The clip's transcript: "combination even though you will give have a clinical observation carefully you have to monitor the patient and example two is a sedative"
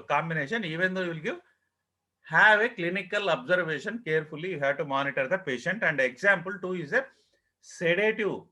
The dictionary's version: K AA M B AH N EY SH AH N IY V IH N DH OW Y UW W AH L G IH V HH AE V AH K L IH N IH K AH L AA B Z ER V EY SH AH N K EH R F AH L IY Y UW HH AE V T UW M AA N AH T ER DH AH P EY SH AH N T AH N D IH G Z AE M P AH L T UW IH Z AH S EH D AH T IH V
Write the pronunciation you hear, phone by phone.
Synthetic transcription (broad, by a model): K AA M B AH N EY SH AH N IY V IH N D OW Y UW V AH L G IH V HH AE V AH K L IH N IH K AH L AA B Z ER V EY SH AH N K EH R F AH L IY Y UW HH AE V T UW M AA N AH T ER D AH P EY SH AH N T AH N D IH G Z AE M P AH L T UW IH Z AH S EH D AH T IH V